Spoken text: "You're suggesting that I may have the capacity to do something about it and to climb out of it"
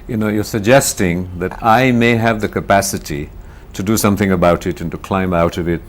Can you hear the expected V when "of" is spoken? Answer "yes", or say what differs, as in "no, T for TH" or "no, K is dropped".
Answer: yes